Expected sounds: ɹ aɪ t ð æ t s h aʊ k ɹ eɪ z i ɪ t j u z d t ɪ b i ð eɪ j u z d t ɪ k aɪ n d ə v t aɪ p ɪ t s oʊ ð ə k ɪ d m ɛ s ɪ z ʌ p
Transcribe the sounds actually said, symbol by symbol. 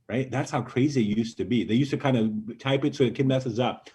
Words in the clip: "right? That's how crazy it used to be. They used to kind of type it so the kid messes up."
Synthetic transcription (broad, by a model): ɹ aɪ t ð æ t s h aʊ k ɹ eɪ z i ɪ t j u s t ɪ b i ð eɪ j u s t ɪ k aɪ n d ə t aɪ p ɪ t s oʊ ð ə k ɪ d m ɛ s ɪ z ʌ p